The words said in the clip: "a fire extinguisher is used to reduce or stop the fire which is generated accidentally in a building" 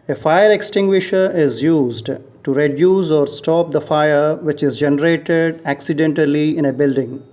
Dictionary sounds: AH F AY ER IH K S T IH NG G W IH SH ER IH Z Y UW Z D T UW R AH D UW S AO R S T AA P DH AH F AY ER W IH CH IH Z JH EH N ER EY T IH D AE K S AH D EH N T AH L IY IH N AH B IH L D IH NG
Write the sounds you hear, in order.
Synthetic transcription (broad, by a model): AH F AY ER IH K S T IH NG G W IH SH ER IH Z Y UW Z D T UW R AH D UW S AO R S T AA P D AH F AY ER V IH CH IH Z JH EH N ER EY T IH D AE K S AH D EH N T AH L IY IH N AH B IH L D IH NG